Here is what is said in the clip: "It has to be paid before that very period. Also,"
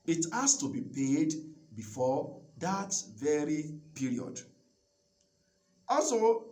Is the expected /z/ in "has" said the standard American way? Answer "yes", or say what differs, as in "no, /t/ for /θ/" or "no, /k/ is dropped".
no, /s/ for /z/